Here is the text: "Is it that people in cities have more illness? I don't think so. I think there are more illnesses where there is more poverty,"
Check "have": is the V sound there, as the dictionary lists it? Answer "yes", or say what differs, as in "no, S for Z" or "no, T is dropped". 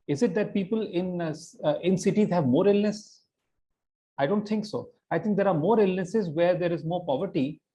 yes